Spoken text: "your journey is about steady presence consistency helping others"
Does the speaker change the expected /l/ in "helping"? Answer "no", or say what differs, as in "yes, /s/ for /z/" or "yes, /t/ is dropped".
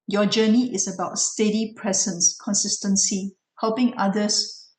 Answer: no